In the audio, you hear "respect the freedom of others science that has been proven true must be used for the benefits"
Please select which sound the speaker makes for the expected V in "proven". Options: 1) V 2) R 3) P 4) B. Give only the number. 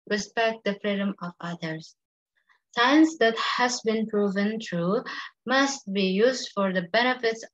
1